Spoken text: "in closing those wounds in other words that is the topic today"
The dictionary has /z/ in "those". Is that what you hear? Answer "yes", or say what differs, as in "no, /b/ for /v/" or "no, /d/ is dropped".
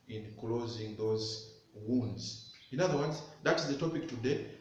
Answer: yes